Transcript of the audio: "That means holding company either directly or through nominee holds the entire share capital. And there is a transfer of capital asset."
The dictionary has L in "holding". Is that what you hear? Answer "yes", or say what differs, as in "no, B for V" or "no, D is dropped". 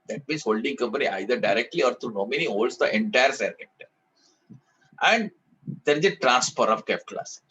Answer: yes